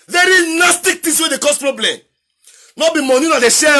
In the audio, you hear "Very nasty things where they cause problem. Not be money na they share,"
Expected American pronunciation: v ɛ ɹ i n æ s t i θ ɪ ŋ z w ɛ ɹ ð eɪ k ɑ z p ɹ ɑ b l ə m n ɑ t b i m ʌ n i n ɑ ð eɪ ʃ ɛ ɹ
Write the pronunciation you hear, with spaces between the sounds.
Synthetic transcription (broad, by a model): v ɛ ɹ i n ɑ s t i t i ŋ s w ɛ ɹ eɪ k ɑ s p ɹ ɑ b l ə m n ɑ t b i m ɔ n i n ɑ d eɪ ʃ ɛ